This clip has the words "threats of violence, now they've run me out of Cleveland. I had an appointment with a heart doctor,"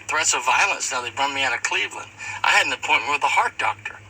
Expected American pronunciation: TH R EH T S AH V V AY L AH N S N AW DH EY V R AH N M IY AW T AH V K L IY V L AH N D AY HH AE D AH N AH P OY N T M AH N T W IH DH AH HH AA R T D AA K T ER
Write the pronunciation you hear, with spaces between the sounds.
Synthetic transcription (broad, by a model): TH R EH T S AH V V AY L AH N S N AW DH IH B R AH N M IY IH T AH K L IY V L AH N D AY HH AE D N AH P OY N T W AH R DH AH HH AA R T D AA K T ER